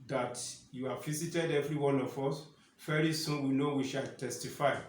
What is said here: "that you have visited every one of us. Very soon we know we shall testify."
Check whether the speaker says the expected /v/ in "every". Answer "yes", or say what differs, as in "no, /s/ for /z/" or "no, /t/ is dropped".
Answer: yes